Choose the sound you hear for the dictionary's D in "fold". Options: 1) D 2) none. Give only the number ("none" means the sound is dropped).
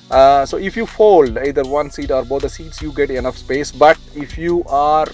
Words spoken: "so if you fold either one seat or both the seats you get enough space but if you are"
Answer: 1